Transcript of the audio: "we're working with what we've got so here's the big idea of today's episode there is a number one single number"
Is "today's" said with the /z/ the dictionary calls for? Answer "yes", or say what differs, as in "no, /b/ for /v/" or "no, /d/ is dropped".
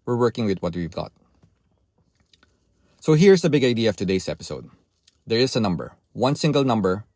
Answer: no, /s/ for /z/